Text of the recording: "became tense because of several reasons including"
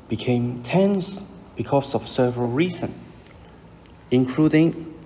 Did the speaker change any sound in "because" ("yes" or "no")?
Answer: yes